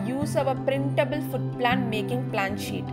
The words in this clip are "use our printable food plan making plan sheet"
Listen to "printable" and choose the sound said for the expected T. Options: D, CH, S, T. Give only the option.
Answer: T